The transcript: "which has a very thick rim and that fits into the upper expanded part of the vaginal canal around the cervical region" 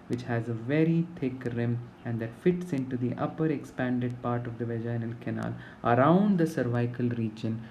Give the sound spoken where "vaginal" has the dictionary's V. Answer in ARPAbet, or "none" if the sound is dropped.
V